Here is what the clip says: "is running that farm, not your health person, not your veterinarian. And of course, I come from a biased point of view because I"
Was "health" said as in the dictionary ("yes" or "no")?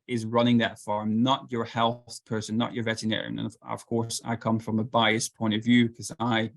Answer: yes